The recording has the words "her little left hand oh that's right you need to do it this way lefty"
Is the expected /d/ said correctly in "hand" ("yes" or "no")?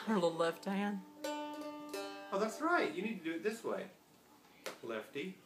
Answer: no